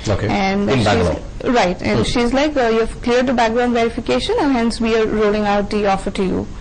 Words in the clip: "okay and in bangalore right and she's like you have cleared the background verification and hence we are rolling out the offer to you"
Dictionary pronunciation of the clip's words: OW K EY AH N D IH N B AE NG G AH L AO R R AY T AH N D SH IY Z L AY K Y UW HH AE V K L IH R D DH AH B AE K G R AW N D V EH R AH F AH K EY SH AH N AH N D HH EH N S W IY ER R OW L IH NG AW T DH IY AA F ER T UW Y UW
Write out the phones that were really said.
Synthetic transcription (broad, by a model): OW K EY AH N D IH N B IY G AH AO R R AY T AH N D SH IY Z L AY K Y UW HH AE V K L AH R D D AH B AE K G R AW N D V EH R AH F AH K EY SH AH N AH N HH EH N S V IY ER R OW L IH NG AW T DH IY AA F ER T UW Y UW